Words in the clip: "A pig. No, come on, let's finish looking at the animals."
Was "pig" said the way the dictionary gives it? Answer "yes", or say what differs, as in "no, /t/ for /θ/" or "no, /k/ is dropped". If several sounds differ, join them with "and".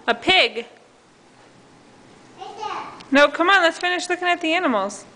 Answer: yes